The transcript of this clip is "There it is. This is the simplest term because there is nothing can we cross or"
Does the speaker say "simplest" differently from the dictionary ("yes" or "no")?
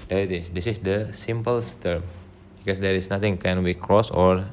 yes